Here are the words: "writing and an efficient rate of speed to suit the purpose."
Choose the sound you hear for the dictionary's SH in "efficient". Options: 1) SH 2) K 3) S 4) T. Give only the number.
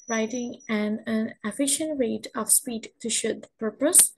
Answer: 1